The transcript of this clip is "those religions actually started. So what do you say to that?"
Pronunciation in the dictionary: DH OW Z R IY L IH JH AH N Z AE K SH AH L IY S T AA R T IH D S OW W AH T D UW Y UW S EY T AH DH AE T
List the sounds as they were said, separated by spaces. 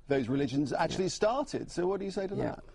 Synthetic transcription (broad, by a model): DH OW Z R IY L IH JH AH N Z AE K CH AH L IY S T AA R T IH D S OW W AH T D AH Y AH S EY T AH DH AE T